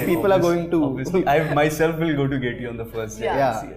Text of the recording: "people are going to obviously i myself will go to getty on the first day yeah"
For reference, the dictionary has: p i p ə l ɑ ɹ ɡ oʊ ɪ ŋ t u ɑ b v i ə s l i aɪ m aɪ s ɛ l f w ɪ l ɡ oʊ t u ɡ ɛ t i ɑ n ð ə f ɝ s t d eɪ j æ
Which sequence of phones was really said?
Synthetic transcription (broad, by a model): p i p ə l ɑ ɹ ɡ oʊ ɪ ŋ t u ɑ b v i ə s i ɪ m aɪ s ɛ l f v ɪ l ɡ oʊ t u ɡ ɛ t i ɑ n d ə f ɝ s t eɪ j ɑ